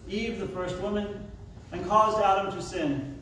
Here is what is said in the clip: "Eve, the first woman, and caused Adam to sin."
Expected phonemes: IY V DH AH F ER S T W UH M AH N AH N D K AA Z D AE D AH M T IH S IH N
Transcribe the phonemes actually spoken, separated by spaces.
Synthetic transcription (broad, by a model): IY V DH AH F ER S T W UH M AH N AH N K AA Z D AE D AH M T IH S IH N